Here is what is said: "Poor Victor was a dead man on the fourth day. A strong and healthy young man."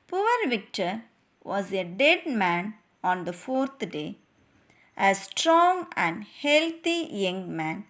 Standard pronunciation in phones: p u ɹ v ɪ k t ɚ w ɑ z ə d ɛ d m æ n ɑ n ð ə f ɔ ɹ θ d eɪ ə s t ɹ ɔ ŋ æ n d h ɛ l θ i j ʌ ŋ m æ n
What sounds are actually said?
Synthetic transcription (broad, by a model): p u ɹ v ɪ k t ɚ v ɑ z ə d ɛ d m æ n ɑ n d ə f ɔ ɹ t d eɪ ə s t ɹ ɔ ŋ æ n d h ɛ l t i j ʌ ŋ m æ n